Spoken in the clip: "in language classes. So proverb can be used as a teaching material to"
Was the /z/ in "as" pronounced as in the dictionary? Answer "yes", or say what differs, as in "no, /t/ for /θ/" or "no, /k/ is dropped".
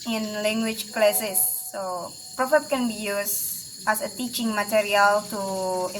no, /s/ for /z/